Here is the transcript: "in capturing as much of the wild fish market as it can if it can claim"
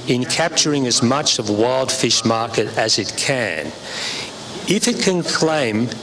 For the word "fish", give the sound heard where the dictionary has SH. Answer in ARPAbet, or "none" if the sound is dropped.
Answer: SH